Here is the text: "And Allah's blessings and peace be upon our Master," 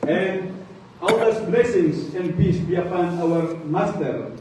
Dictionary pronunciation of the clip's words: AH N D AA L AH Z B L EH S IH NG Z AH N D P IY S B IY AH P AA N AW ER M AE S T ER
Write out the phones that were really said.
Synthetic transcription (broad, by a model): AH N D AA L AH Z B L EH S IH NG S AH N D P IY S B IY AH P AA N AW ER M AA S T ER